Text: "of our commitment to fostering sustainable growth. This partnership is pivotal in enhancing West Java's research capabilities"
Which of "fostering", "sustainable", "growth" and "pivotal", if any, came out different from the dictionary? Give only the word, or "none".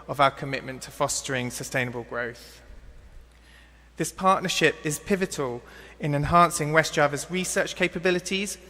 none